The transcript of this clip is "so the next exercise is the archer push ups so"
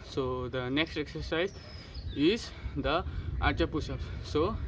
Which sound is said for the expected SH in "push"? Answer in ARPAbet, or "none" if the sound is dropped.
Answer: S